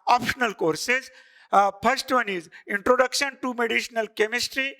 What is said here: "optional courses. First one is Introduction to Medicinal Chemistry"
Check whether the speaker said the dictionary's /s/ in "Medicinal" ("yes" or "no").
no